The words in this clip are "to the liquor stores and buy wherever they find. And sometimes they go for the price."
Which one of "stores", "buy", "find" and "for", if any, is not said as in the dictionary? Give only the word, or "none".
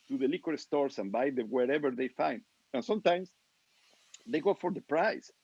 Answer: stores